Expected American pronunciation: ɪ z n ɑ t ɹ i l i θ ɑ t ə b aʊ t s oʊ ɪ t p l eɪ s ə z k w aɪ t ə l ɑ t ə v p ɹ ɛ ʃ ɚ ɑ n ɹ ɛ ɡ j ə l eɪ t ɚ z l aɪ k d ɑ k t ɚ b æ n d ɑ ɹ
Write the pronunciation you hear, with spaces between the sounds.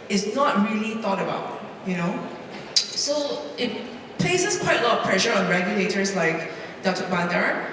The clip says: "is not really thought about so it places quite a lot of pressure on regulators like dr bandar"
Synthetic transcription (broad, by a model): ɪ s n ɑ t ɹ i l i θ ɑ t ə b aʊ t s oʊ ɪ t p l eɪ s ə s k w aɪ t ə l ɑ t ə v p ɹ ɛ ʃ ɚ ɑ n ɹ ɛ ɡ j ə l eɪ t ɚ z l aɪ k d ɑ t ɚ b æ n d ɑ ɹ